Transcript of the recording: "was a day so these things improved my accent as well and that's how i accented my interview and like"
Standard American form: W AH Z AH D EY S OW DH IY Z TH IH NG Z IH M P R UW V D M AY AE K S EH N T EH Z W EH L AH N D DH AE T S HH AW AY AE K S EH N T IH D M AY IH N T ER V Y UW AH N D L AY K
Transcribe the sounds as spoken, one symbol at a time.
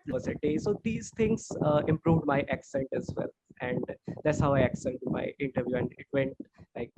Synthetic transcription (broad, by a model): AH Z AH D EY S OW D IY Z T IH NG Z IH M P R UW V D M AY AE K S EH N T EH Z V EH L AH N D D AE T S HH AW AY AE K S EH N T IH M AY IH N T ER V Y UW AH N D L AY K